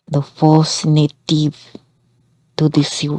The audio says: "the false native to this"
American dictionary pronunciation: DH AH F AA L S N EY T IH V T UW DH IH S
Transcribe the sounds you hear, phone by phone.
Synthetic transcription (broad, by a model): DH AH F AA S N EY T IH V T UW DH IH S